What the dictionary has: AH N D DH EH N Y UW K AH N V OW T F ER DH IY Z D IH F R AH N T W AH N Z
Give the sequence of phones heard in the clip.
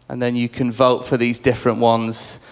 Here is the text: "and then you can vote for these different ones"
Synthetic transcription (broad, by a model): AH N DH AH N Y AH K AH N V OW T F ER DH IY Z D IH F R AH N T W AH N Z